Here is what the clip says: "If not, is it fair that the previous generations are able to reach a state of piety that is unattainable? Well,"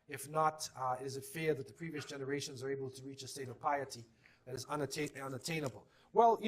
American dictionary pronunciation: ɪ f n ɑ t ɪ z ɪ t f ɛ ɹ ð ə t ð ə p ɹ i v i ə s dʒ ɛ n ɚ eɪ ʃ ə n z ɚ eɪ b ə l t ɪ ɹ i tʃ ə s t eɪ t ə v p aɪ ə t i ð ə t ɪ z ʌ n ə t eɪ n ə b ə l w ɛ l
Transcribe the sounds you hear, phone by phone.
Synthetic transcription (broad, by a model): ɪ f n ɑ t ɪ z ɪ t f ɛ ɹ ð ə t ð ə p ɹ i v i ə s dʒ ɛ n ɚ eɪ ʃ ə n z ɚ eɪ b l t ɪ ɹ i tʃ ə s t eɪ t ə v p aɪ ə t i ð ə t ɪ z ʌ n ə t eɪ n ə b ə l w ɛ l